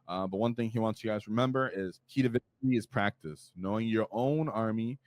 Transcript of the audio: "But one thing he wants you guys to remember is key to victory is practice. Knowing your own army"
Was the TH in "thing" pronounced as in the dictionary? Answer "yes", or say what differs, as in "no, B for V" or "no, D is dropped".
yes